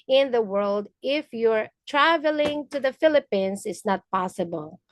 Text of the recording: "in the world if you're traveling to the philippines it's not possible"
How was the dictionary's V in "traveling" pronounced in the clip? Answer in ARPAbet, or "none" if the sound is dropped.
V